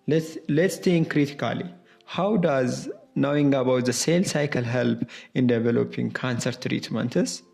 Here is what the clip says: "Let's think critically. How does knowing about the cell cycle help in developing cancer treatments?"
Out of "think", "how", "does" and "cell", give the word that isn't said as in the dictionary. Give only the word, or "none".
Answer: think